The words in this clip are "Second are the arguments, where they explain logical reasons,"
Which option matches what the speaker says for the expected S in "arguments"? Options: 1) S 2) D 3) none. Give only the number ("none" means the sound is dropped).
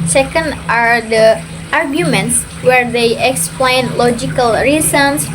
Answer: 1